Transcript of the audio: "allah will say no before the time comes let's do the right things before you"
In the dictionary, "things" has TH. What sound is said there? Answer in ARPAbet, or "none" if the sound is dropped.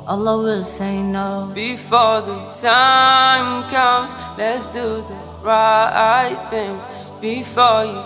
TH